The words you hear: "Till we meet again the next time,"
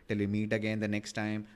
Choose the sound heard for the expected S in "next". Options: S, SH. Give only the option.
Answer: S